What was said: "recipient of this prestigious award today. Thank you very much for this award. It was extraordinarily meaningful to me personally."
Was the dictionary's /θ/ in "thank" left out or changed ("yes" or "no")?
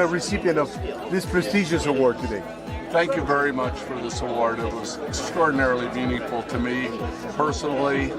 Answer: no